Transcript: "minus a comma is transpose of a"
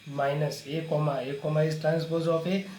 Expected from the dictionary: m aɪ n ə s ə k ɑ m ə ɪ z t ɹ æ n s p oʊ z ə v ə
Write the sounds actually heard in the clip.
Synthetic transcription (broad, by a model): m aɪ n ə s ə k ɑ m ə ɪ s t ɹ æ n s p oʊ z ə p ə